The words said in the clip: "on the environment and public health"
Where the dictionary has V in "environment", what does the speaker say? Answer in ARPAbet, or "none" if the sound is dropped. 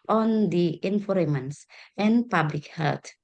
F